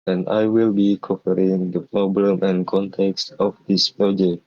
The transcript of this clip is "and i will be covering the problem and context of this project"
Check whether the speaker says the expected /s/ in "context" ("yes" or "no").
yes